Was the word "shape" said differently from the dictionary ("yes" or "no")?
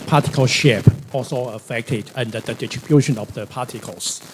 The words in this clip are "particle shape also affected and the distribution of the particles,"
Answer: no